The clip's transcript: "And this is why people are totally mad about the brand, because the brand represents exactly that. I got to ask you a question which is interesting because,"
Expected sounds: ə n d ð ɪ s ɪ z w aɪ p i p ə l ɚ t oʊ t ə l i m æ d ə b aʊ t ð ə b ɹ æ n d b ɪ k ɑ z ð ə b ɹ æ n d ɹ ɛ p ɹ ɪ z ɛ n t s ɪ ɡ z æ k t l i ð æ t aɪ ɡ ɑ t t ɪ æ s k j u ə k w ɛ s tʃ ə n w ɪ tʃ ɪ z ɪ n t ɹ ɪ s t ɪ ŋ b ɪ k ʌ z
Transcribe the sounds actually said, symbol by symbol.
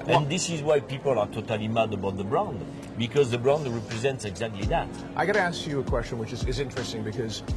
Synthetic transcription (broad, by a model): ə n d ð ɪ s ɪ z w aɪ p i p ə l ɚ t oʊ t ə l i m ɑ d ə b aʊ t ð ə b ɹ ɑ n d b ɪ k ɑ z ð ə b ɹ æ n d ɹ ɛ p ɹ ɪ z ɛ n t s ɪ ɡ z æ k t l i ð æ t aɪ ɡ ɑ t t ɪ æ s k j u ə k w ɛ s tʃ ə n w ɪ tʃ ɪ z ɪ n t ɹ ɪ s t ɪ ŋ b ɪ k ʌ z